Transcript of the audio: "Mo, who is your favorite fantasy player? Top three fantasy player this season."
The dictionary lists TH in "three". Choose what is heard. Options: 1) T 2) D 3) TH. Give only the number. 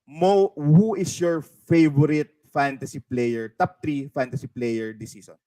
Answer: 1